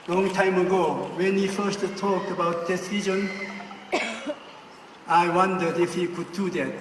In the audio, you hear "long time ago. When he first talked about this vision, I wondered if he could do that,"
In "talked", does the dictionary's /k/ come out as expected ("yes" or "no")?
yes